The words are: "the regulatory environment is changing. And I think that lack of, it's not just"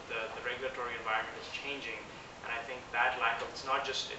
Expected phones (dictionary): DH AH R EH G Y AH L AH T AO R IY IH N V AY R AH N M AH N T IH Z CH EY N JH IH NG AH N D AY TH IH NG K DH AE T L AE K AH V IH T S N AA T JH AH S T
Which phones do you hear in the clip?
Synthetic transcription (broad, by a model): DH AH R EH G Y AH L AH T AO R IY IH N V AY R AH N M AH N T IH Z CH EY N JH IH NG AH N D AY TH IH NG K DH AE T L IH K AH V IH T S N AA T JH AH S T